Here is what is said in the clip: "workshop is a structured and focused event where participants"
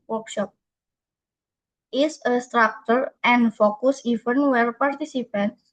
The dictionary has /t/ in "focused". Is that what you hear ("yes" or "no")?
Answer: no